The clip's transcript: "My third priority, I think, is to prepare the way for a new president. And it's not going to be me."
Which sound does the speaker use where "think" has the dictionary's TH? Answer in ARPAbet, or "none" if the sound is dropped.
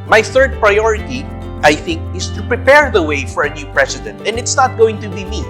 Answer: TH